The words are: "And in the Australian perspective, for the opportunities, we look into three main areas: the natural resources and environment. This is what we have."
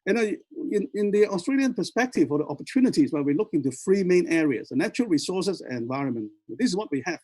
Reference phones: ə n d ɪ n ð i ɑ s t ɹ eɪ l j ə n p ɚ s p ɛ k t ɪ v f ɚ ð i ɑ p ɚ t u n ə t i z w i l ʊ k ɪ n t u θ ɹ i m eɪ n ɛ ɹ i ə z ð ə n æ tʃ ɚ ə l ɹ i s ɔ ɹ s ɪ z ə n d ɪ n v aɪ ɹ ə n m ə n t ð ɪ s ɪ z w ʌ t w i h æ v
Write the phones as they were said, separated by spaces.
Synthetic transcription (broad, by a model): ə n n ɪ n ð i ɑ s t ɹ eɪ l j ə n p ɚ s p ɛ k t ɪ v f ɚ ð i ɑ p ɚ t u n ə t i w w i l ʊ k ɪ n t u f ɹ i m eɪ n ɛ ɹ i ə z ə n æ tʃ ɚ ə l ɹ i s ɔ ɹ s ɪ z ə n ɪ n v aɪ ɹ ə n m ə n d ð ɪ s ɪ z w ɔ t w i h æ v